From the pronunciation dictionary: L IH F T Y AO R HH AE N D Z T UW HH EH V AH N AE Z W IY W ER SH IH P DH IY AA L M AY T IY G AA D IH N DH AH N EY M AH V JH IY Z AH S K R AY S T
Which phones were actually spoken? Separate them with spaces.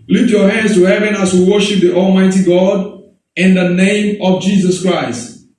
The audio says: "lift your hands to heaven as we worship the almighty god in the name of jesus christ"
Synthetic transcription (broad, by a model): L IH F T Y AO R HH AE N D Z T UW HH EH V AH N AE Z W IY W ER SH IH P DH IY AA L M AY T IY G AA D IH N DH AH N EY M AH V JH IY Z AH S K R AY S T